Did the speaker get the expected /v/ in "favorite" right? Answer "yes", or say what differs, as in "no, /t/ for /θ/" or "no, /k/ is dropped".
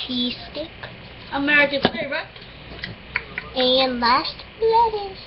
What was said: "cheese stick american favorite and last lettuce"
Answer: no, /v/ is dropped